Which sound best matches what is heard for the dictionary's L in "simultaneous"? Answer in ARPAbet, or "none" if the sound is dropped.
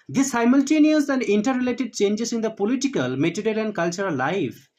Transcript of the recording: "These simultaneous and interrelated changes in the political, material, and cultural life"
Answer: L